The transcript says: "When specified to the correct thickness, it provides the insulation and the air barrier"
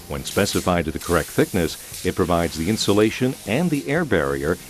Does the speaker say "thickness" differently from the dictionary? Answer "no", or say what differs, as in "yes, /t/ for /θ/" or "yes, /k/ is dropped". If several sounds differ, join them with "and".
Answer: no